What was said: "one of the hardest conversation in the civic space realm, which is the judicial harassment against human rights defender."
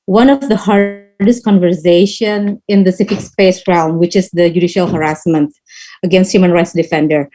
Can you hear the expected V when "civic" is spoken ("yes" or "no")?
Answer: no